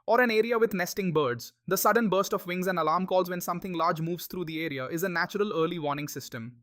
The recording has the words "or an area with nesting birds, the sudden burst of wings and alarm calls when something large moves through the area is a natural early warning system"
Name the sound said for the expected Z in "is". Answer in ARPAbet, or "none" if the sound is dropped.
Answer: Z